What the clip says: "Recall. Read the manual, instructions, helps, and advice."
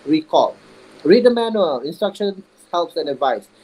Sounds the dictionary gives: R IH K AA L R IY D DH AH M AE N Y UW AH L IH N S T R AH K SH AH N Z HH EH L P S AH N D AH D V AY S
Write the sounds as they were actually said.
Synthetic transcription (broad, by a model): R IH K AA L R IY D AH M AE N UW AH L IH N S T R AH K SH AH N S HH EH L P S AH N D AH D V AY S